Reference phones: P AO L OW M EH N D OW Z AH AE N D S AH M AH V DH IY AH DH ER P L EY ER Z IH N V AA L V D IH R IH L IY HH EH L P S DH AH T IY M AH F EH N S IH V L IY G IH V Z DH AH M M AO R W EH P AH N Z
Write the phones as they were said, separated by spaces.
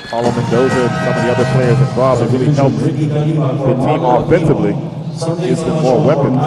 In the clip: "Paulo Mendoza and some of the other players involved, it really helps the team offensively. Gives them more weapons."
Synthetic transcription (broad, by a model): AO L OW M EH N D OW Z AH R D S AH M AH V DH IY AH DH ER P L EY ER Z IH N B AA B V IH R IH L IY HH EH L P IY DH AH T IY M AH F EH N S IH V L IY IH Z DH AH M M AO R W EH P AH N